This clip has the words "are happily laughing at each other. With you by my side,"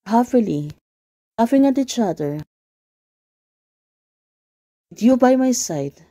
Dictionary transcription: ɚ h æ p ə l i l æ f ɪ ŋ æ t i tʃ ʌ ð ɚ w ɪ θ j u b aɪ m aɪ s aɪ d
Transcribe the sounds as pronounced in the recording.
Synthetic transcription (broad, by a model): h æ f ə l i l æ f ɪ ŋ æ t i tʃ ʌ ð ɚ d j u b aɪ m aɪ s aɪ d